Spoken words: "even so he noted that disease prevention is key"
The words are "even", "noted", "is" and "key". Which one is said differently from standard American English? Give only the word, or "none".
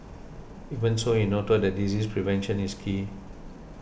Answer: is